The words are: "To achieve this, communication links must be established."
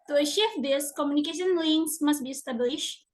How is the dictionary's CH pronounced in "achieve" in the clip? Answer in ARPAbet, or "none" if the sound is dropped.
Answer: SH